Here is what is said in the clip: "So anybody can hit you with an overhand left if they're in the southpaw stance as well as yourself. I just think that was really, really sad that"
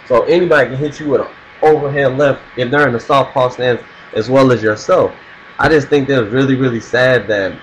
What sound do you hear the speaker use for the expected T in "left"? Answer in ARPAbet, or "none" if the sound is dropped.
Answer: T